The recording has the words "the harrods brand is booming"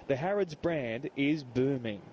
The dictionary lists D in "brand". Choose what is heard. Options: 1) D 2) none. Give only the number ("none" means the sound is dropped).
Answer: 1